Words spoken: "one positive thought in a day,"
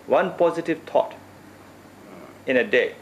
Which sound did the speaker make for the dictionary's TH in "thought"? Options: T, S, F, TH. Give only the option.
T